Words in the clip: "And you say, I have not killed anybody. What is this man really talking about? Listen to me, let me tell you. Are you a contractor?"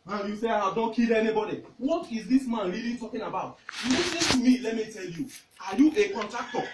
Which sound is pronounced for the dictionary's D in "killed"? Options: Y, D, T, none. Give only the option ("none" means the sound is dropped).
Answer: none